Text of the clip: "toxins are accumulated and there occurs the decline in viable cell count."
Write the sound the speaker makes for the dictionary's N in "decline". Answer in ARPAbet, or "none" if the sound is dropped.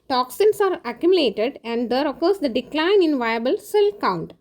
N